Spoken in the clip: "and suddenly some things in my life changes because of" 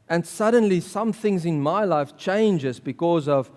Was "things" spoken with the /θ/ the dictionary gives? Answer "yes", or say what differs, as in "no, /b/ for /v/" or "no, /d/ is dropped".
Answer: yes